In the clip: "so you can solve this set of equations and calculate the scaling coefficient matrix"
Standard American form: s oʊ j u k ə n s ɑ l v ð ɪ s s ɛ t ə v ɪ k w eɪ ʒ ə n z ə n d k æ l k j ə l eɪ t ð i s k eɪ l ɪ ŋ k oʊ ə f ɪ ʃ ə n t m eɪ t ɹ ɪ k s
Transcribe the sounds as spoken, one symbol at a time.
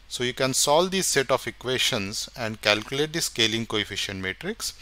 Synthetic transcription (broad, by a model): s oʊ j u k ə n s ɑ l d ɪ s s ɛ t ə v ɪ k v eɪ ʃ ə n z ə n d k æ l k j ə l eɪ t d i s k eɪ l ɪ ŋ k oʊ ə f ɪ ʃ ə n t m eɪ t ɹ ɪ k s